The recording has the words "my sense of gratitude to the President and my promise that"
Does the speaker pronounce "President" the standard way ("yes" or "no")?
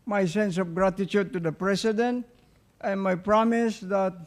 no